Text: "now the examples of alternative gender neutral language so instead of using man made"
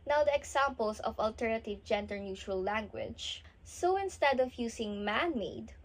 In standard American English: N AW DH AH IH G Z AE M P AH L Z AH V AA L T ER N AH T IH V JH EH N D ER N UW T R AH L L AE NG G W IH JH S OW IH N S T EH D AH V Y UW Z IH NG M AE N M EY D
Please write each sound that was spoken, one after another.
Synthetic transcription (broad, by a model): N AW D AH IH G S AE M P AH L S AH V AA L T ER N AH T IH V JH EH N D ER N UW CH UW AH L L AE NG G W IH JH S OW IH N S T EH D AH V Y UW S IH NG M AE N M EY D